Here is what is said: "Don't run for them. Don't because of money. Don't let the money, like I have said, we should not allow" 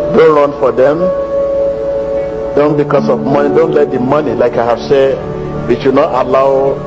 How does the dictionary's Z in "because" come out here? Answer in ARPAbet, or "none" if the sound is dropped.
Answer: S